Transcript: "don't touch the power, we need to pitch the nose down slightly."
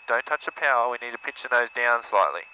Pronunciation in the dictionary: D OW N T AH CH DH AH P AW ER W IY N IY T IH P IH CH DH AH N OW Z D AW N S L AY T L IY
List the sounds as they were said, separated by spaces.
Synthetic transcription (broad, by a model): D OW N T AH CH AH P AW ER W IY N IY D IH P IH CH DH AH N OW Z D AW N S L AY T L IY